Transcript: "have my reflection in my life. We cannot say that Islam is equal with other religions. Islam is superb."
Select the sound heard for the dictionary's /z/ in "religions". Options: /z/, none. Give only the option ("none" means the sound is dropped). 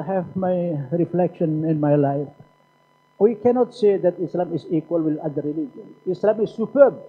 none